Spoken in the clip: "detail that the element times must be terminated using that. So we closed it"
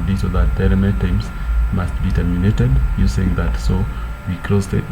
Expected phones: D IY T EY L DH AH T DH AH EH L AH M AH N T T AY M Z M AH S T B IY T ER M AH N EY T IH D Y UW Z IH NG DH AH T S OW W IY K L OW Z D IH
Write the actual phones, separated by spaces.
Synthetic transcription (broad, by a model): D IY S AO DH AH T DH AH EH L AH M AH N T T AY M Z M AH S T B IY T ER M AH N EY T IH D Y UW S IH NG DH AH T S OW W IY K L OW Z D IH